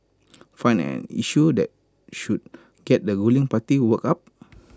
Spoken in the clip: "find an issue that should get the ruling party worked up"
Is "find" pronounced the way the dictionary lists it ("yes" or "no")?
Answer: no